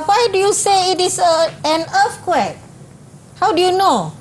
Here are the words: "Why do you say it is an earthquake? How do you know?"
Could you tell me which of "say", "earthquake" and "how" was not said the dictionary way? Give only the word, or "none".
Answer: earthquake